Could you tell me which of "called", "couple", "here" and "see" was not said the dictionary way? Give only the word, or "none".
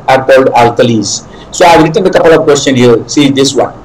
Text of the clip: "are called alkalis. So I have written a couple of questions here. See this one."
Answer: none